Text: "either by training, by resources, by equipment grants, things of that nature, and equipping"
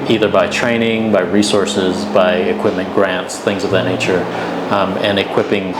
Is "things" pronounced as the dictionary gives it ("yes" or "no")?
yes